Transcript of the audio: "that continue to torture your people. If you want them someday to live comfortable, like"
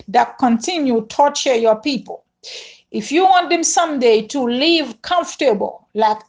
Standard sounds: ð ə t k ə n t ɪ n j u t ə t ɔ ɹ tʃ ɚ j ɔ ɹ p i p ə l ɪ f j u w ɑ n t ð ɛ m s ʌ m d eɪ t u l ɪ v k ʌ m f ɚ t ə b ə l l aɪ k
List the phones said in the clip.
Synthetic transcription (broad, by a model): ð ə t k ə n t ɪ n j u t t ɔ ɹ tʃ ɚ j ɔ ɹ p i p ə l ɪ f j u w ɑ n t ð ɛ m s ʌ m d eɪ t u l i v k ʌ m f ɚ t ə b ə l l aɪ k